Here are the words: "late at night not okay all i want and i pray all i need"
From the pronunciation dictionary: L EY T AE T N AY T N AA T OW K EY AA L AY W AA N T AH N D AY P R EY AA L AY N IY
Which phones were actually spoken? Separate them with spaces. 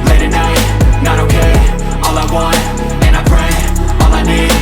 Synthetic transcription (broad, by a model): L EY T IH N AY T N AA T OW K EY AA L AY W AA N AH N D AY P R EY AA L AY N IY